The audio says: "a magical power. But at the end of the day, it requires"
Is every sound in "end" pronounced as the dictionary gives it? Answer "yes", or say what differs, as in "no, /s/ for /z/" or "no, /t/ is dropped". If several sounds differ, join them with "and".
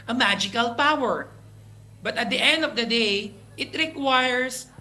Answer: yes